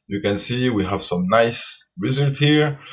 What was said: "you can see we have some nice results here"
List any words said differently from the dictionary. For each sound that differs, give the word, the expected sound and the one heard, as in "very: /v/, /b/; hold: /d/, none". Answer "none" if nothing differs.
results: /l/, none; results: /s/, none